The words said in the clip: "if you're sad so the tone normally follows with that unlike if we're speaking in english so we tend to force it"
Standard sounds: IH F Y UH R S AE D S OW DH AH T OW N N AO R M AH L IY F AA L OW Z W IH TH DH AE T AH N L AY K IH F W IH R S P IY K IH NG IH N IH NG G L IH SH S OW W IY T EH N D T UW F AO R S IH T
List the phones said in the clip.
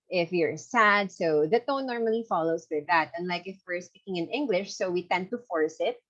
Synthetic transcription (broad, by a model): IH F Y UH R S AE D S OW DH AH T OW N N AO R M AH L IY F AA L OW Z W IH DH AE T AH N L AY K IH F W IH R S P IY K IH NG IH N IH NG G L IH SH S OW W IY T EH N D T UW F AO R S IH T